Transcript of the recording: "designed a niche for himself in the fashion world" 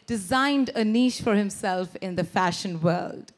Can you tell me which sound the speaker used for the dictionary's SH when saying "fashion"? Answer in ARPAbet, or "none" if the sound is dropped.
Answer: SH